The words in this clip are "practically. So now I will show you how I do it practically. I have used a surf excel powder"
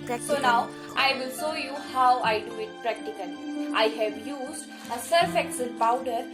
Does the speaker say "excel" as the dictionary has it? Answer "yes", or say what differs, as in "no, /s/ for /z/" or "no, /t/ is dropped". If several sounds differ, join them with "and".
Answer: no, /n/ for /l/